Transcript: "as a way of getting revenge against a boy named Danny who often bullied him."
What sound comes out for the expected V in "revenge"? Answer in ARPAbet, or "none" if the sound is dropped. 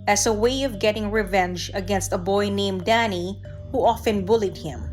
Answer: V